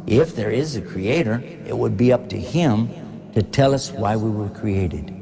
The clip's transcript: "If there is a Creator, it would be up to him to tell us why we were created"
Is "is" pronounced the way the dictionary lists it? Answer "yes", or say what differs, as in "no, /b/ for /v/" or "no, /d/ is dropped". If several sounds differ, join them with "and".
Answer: yes